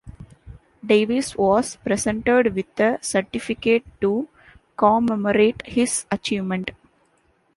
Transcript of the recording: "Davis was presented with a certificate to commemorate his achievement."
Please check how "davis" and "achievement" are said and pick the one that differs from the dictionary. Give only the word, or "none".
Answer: none